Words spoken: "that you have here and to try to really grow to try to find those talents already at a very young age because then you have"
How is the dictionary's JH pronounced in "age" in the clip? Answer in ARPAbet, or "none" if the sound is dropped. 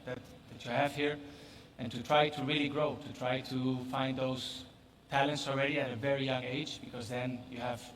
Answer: JH